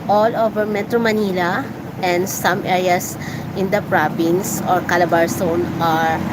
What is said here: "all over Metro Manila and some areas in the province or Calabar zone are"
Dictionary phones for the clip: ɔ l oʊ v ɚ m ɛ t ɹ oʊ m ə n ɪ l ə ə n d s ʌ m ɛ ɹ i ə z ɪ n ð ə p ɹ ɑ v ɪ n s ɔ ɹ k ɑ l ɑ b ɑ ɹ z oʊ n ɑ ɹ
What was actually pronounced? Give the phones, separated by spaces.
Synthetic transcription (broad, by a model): ɔ l oʊ v ɚ m ɛ t ɹ oʊ m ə n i l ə ə n d s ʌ m ɛ ɹ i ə s ɪ n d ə p ɹ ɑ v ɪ n s ɔ ɹ k ɑ l ɑ b ɑ ɹ s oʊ n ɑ ɹ